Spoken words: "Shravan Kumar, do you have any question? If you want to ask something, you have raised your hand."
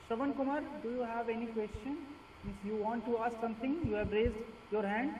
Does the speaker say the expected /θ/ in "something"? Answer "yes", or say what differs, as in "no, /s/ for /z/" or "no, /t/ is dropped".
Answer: no, /t/ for /θ/